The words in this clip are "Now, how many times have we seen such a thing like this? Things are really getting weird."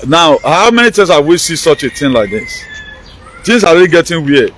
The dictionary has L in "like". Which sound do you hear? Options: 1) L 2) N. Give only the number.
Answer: 1